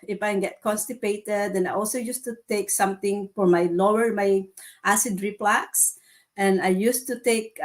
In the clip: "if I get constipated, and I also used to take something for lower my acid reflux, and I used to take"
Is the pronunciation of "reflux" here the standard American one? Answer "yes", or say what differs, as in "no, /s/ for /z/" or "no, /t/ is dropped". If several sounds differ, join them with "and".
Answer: no, /p/ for /f/